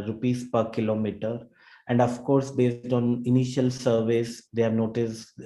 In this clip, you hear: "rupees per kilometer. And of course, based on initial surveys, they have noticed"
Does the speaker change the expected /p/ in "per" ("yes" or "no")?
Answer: no